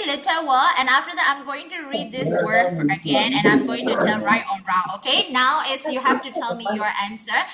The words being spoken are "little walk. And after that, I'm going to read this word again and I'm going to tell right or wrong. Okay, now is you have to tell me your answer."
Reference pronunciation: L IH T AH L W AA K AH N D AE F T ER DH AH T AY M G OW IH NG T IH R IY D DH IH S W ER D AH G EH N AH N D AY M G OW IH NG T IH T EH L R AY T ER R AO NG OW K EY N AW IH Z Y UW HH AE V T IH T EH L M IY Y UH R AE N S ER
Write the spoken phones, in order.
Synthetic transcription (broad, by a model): L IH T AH W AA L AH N AE F T ER DH AH T AY M G OW IH NG T IH R IY D DH IH S W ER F AH G EH N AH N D AY M G OW IH NG T IH T EH L R AY T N R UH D OW K EY N AW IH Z Y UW HH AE F T IH T EH L M IY Y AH R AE N S ER